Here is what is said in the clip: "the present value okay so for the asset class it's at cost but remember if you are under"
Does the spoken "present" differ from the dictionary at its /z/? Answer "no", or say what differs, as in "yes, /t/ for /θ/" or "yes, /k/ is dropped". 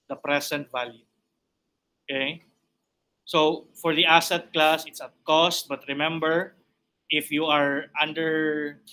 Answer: yes, /s/ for /z/